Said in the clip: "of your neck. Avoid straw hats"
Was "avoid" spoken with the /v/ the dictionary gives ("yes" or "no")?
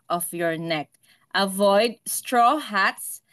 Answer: yes